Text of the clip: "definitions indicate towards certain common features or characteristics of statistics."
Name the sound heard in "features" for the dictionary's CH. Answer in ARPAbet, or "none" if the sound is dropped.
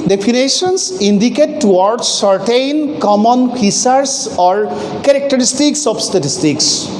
S